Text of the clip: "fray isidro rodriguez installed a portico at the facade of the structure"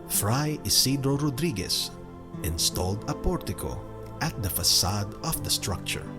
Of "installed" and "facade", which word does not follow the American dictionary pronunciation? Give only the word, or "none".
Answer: none